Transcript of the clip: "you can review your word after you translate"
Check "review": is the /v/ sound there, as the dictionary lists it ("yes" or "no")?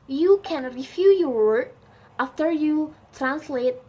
no